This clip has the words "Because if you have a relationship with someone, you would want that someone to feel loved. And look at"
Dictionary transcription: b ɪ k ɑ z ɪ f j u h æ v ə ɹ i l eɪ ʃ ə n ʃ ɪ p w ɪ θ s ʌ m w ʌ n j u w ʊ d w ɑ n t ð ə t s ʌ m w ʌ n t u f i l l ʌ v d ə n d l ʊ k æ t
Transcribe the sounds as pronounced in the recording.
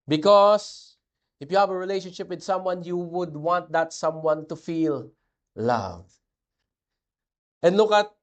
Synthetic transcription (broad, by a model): b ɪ k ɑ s ɪ f j u h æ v ə ɹ i l eɪ ʃ ə n ʃ ɪ p w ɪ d s ʌ m w ʌ n j u w ʊ d w ɑ n t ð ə t s ʌ m w ʌ n t u f i l l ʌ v ə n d l ʊ k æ t